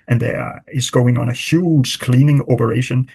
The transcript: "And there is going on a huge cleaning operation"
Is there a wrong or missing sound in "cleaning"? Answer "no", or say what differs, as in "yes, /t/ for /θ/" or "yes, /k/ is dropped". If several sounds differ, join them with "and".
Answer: no